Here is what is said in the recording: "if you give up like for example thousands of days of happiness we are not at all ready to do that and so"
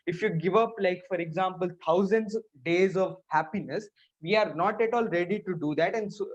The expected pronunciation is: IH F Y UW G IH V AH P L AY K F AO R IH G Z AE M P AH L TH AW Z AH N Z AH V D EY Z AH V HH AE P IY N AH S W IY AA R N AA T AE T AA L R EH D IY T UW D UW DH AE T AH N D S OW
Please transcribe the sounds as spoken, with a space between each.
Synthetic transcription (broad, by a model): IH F Y UW G IH V AH P L AY K F AO R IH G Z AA M P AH L T AW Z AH N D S D EY Z AH V HH AE P IY N AH S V IY AA R N AA T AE T AA L R EH D IY T UW D UW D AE T AH N D S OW